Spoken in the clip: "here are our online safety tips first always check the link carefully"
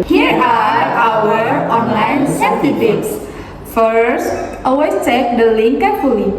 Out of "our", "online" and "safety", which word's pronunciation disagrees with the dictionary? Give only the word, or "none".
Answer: safety